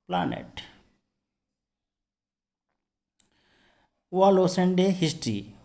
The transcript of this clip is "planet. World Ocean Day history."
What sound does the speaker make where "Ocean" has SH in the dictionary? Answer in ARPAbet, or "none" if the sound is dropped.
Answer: S